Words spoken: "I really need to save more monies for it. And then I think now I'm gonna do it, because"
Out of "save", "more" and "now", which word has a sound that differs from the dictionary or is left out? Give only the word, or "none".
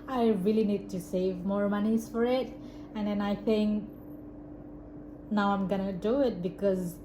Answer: none